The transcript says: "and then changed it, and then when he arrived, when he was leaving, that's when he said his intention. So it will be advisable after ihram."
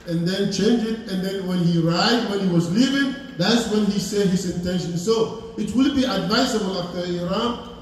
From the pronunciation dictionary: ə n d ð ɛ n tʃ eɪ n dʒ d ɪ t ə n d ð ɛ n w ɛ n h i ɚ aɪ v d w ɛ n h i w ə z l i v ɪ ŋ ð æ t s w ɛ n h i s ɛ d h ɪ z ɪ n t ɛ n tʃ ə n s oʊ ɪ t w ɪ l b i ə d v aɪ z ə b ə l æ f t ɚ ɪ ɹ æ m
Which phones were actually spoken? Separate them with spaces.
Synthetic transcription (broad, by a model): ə n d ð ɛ n tʃ eɪ n dʒ ɪ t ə n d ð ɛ n w ɛ n h i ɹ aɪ d w ɛ n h i w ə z l i v ɪ ŋ ð æ t s w ɛ n h i s ɛ d h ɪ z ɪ n t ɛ n ʃ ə n s oʊ ɪ t w ɪ l b i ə d v aɪ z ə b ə l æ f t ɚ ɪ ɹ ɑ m